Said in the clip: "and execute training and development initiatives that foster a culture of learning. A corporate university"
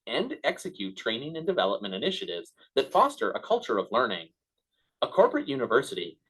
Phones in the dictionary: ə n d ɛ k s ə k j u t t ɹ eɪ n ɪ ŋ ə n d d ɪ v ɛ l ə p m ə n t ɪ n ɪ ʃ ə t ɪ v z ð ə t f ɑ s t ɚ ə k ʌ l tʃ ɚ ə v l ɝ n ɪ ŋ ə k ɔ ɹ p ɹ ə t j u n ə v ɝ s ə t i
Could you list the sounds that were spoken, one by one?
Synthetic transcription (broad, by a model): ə n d ɛ k s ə k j u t t ɹ eɪ n ɪ ŋ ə n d d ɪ v ɛ l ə p m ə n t ɪ n ɪ ʃ ə t ɪ v z ð ə t f ɑ s t ɚ ə k ʌ l tʃ ɚ ə v l ɝ n ɪ ŋ ə k ɔ ɹ p ɹ ə t j u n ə v ɝ s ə t i